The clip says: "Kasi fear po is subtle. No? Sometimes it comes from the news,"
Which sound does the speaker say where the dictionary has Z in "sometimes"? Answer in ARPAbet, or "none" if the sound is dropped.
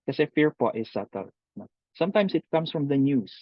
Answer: S